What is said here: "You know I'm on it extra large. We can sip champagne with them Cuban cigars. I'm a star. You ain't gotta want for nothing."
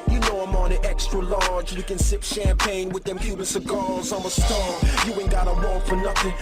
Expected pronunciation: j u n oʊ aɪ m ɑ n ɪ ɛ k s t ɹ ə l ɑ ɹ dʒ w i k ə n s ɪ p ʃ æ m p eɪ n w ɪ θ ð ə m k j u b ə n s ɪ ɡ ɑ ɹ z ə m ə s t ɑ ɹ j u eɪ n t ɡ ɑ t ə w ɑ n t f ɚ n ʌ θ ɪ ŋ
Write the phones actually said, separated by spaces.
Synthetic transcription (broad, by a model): j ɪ n oʊ aɪ m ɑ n ɪ ɛ k s t ɹ ə l ɑ ɹ dʒ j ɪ k ə n s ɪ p ʃ æ m p eɪ n w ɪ ð ə m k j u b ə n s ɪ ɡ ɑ l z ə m ə s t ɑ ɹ j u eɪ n ɡ ɑ t ə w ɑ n f ɚ n ʌ θ ɪ ŋ